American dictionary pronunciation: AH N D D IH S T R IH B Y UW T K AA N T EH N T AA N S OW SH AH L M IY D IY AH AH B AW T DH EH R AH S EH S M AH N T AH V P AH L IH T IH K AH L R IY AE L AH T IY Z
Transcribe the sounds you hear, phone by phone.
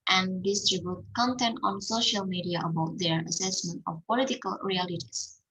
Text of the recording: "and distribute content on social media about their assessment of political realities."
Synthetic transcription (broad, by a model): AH N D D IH S T R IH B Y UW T K AA N T EH N T AA N S OW SH AH L M IY D IY AH AH B AW T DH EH R AH S EH S M AH N T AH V P AH L IH T IH K AH L R IY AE L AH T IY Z